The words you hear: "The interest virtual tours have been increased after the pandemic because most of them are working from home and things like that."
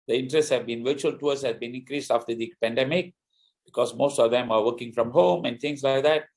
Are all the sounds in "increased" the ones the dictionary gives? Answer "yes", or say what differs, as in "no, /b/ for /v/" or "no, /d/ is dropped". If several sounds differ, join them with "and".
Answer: yes